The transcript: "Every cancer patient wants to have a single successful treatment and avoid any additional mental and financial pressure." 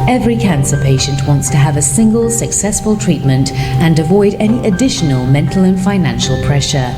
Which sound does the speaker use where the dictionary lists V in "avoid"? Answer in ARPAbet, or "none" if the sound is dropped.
V